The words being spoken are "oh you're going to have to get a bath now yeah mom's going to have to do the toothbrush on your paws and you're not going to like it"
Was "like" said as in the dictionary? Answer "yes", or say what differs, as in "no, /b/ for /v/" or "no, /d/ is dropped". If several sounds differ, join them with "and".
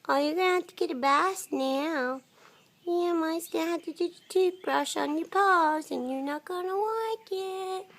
no, /w/ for /l/